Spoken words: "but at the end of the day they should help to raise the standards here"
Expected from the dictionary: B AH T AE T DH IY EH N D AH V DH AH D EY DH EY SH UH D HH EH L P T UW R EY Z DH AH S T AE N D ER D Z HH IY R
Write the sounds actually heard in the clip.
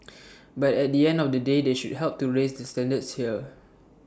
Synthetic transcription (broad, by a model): B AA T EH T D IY EH N D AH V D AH D EY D EY SH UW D HH EH L P T UW R EY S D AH S T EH N D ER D S HH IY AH